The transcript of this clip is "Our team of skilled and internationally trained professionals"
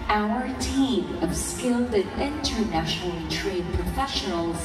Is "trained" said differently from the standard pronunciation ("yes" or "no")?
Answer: yes